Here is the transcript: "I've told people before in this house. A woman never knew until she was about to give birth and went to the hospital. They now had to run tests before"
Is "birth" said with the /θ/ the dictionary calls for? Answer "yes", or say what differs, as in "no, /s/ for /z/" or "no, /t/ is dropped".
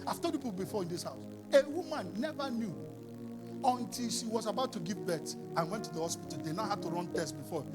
no, /s/ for /θ/